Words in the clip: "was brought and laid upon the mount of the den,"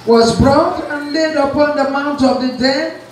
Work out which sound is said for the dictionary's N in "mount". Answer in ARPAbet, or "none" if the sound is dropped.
N